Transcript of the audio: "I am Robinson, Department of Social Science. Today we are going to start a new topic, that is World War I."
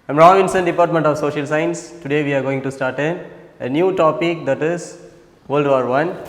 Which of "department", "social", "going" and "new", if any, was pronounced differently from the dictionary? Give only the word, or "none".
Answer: none